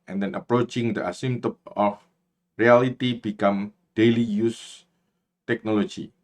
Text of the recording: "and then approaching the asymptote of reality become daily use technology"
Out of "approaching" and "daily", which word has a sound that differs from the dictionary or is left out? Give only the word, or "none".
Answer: none